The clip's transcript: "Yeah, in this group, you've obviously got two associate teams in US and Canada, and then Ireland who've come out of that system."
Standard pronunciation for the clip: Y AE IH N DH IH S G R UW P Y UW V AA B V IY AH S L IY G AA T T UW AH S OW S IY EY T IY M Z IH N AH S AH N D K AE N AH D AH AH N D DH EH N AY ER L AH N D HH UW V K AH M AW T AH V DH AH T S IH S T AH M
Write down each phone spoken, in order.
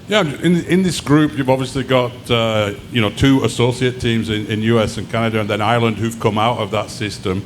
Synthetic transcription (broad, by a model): Y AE IH N DH IH S G R UW P Y UW V AA B V IY AH S L IY G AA T T UW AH S OW S IY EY T IY M Z IH N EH S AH N K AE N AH D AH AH N DH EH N AY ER L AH N D HH UW V K AH M AW T AH V DH AH T S IH S T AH M